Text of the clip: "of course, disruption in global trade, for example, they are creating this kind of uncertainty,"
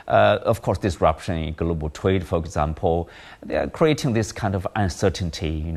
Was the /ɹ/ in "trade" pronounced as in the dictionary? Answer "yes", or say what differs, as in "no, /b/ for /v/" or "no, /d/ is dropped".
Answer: no, /w/ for /ɹ/